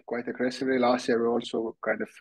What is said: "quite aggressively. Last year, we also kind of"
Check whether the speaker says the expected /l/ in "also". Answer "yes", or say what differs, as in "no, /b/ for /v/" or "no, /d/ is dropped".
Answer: yes